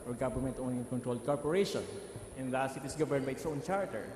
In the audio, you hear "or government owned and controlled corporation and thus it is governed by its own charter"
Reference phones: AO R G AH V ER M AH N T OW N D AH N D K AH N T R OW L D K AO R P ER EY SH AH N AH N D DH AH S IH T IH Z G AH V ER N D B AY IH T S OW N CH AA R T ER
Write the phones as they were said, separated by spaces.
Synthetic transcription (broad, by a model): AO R G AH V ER M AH N T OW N AH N K AH N T R OW L D K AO R P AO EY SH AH N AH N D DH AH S IH T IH S G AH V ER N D B AY IH T S OW N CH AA R T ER